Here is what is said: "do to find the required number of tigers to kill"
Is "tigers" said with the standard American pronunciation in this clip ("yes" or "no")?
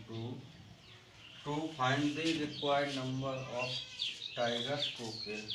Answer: no